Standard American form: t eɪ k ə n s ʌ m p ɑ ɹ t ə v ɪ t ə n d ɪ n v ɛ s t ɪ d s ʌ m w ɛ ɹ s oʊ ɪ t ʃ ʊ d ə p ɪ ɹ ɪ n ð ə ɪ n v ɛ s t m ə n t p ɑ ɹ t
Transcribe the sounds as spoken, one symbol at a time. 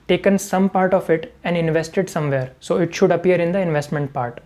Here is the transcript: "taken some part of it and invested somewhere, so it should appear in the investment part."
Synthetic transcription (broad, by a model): t eɪ k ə n s ʌ m p ɑ ɹ t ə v ɪ t ə n d ɪ n v ɛ s t ɪ d s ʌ m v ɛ ɹ s oʊ ɪ t ʃ ʊ d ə p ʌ ɹ ɪ n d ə ɪ n v ɛ s t m ə n t p ɑ ɹ t